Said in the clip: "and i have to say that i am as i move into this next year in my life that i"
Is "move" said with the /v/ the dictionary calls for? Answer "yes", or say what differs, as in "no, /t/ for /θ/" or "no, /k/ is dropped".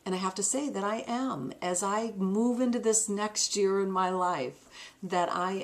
yes